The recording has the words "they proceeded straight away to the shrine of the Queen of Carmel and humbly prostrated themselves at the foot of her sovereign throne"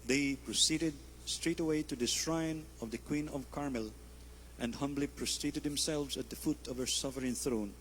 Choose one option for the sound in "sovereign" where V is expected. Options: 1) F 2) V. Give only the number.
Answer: 1